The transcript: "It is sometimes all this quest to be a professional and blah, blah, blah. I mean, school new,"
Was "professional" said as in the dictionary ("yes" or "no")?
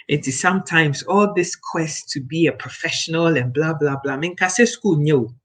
yes